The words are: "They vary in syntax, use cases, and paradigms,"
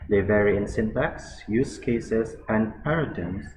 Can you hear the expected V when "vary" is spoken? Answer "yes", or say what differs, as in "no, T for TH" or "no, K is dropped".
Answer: yes